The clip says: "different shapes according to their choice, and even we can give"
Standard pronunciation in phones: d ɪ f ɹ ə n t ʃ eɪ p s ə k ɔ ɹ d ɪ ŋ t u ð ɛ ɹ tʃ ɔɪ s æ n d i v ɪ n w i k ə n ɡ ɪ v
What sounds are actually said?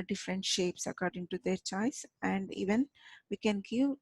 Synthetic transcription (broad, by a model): d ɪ f ɹ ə n t ʃ eɪ p s ə k ɔ ɹ d ɪ ŋ t u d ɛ ɹ tʃ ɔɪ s æ n d i v ɪ n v i k ə n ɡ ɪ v